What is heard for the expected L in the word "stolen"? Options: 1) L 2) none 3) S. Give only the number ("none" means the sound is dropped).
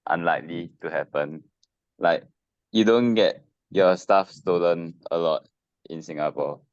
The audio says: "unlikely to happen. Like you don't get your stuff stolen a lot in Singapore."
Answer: 1